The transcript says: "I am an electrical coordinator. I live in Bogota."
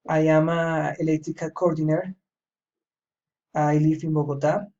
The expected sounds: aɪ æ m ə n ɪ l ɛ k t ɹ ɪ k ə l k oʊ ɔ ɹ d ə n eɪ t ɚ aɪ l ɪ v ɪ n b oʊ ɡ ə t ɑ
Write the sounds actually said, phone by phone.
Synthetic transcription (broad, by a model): aɪ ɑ m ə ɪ l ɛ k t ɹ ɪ k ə k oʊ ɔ ɹ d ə n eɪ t aɪ l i f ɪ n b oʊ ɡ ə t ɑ